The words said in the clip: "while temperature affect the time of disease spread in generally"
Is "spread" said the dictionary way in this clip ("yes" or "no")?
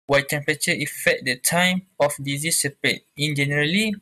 no